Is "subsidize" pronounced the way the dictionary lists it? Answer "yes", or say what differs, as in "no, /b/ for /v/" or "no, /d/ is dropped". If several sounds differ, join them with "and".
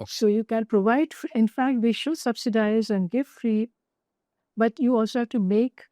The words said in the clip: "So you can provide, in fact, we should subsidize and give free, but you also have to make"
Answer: yes